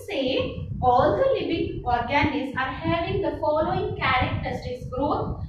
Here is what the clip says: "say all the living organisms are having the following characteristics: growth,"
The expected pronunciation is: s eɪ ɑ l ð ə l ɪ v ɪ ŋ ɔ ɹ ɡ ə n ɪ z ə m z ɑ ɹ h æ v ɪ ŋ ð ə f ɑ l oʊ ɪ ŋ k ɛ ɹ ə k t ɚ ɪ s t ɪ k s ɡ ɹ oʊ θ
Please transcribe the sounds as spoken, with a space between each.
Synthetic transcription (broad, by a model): s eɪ ɑ l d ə l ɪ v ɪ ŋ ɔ ɹ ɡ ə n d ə z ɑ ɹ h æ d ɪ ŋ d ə f ɑ l oʊ ɪ ŋ k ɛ ɹ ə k t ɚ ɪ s t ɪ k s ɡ ɹ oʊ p